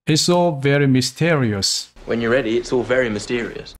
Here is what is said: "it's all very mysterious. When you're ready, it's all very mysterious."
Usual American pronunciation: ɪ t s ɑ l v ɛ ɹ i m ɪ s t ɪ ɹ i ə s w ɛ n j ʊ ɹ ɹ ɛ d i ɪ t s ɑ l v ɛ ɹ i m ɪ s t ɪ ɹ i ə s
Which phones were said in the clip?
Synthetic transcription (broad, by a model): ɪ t s ɑ l v ɛ ɹ i m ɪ s t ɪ ɹ i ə s w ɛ n j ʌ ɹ ɹ ɛ d i ɪ t s ɑ l v ɛ ɹ i m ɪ s t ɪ ɹ i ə s